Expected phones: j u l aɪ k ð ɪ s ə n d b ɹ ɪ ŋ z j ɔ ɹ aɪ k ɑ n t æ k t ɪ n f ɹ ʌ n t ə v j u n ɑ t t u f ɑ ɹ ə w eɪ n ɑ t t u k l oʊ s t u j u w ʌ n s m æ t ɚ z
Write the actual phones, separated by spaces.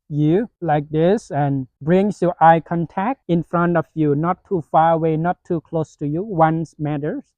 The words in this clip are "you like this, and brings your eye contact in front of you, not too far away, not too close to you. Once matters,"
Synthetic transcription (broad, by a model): j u l aɪ k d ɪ s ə n b ɹ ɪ ŋ s j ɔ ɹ aɪ k ɑ n t æ k t ɪ n f ɹ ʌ n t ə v j u n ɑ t t u f ɑ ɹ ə w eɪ n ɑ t t u k l oʊ s t u j u w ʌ n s m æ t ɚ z